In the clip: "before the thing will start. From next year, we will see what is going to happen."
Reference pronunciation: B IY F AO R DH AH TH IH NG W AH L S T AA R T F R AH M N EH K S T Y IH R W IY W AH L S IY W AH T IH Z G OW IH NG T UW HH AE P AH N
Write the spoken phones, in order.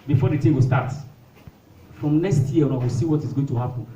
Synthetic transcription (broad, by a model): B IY F AO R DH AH T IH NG W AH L S T AA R T F R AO M N EH K S T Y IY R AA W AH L S IY W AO T IH Z G OW IH NG T UW HH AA P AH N